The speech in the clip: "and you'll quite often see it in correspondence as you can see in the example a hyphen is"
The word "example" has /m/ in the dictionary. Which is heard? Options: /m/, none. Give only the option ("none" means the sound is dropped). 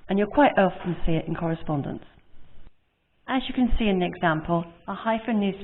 /m/